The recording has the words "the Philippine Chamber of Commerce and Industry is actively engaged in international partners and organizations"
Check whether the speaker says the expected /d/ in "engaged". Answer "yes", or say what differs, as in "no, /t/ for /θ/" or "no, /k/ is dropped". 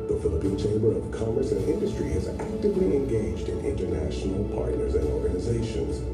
yes